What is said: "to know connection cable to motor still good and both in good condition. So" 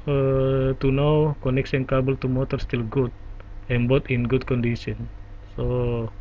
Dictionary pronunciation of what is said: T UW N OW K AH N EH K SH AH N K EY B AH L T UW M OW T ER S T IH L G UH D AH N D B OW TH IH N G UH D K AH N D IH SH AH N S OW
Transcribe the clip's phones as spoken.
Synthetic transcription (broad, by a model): T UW N OW K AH N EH K S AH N K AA B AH L T UW M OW T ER S T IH L G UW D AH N B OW T IH N G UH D K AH N D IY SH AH N S OW